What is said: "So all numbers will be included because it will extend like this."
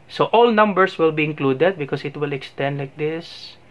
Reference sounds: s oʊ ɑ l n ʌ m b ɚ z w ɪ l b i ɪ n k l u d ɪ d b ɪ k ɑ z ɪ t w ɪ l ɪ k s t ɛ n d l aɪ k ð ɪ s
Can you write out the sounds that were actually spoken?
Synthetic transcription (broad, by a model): s oʊ ɑ l n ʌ m b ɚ s w ɪ l b i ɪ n k l u d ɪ d b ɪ k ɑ s ɪ t w ɪ l ɪ k s t ɛ n d l aɪ k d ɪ s